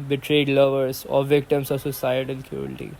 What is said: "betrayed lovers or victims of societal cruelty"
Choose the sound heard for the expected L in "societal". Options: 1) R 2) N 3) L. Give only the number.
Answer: 2